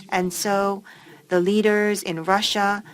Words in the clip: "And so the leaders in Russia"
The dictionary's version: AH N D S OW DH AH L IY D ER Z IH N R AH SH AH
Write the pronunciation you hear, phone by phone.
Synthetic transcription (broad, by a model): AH N S OW DH AH L IY D ER Z IH N R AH SH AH